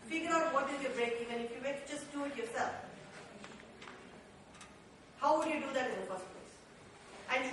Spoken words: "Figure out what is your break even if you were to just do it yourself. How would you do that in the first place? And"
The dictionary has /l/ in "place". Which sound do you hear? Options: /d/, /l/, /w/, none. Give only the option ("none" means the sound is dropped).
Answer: none